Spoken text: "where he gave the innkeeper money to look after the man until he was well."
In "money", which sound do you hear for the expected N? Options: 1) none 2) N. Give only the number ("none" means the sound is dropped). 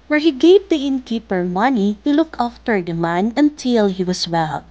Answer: 2